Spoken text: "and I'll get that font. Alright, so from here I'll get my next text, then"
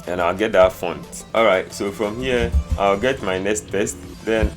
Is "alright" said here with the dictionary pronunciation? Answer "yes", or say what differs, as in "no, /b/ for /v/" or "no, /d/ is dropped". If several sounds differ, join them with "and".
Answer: yes